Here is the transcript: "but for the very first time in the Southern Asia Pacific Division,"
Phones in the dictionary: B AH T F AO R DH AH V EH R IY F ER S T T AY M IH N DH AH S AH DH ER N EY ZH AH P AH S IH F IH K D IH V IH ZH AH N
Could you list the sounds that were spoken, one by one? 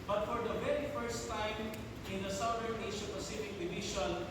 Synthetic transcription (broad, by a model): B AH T F AO R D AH V EH R IY F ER S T T AY M IH N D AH S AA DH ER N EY S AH P AH S IH F IH K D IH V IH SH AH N